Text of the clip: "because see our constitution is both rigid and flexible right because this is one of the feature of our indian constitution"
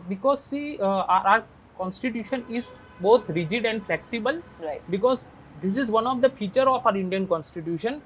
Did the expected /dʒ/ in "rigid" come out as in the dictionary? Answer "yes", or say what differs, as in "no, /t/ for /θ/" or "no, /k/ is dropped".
yes